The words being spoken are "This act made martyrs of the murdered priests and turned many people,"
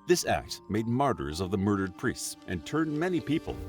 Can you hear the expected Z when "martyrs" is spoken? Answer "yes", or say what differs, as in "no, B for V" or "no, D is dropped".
yes